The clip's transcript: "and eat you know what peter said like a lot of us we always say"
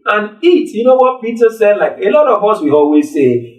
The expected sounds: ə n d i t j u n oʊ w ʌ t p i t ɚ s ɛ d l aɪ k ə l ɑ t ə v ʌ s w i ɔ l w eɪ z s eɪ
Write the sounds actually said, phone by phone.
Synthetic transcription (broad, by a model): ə n i t j u n oʊ w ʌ t p i t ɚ s ɛ d l aɪ k ə l ɑ t ə v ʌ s w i ɔ l w eɪ z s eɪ